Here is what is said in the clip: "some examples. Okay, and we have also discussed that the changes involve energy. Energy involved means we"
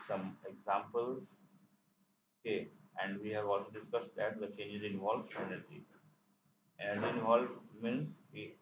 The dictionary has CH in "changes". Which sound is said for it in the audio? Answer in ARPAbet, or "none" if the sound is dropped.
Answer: CH